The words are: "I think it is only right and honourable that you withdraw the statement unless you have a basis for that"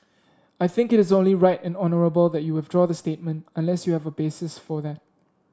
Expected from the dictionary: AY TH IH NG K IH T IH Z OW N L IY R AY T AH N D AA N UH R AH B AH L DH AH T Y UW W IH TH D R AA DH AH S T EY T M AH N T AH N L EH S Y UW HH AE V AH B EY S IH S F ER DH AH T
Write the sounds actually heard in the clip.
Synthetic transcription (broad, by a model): AY TH IH NG K IH T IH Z OW N L IY R AY T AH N AA N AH R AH B AH L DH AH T Y UW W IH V D R AA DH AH S T EY T M AH N T AH N L EH S Y UW HH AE V AH B EY S IH S F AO DH AH T